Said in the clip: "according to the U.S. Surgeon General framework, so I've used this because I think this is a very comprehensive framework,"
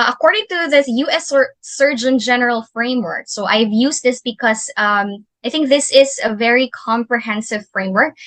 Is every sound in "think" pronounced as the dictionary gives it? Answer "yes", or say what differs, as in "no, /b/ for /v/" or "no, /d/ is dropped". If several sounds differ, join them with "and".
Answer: yes